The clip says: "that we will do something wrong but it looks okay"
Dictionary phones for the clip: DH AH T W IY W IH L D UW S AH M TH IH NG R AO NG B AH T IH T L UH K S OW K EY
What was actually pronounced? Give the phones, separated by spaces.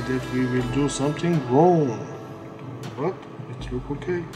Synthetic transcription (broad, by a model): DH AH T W IY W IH L D UW S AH M T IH NG R AO NG B AH T IH T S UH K OW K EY